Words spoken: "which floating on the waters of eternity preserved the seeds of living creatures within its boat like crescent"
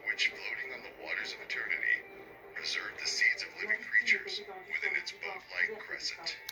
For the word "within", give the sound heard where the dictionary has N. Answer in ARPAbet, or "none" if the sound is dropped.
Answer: N